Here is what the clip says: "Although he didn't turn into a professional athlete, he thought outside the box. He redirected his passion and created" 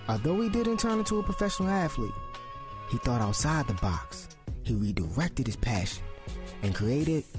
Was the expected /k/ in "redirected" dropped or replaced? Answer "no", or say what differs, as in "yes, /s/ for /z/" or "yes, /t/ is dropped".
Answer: no